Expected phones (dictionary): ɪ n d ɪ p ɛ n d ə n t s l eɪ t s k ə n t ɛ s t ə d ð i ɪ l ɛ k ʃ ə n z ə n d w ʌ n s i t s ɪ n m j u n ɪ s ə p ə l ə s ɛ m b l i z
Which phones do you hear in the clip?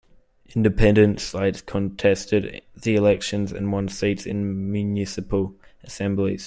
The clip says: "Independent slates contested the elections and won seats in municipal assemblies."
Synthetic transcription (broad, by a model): ɪ n d ɪ p ɛ n d ə n t s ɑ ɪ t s k ə n t ɛ s t ə d ð i ɪ l ɛ k ʃ ə n z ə n w ʌ n s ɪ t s ɪ n m j u n ɪ s ə p ə l ə s ɛ m b l i z